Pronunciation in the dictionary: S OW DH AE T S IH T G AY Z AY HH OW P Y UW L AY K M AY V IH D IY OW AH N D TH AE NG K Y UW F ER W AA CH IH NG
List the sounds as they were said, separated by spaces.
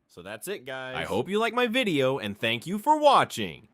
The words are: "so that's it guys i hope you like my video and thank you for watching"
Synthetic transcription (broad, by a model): S OW DH AE T S IH T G AY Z AY HH OW P Y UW L AY K M AY V IH D IY OW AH N TH AE NG K Y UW F ER W AA CH IH NG